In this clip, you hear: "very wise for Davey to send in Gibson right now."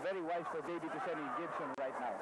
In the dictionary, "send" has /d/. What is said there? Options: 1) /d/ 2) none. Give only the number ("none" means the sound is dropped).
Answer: 2